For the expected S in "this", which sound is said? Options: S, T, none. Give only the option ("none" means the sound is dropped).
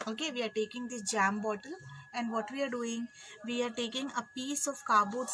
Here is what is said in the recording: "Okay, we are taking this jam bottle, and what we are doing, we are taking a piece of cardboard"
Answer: none